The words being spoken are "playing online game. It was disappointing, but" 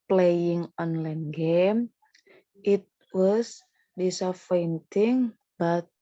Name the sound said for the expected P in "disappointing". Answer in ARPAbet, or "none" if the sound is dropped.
F